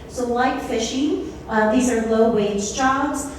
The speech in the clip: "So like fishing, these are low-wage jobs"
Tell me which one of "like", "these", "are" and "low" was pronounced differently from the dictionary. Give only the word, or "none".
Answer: none